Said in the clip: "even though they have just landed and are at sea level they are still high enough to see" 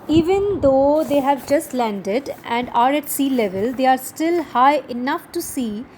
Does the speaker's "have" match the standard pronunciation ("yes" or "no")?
yes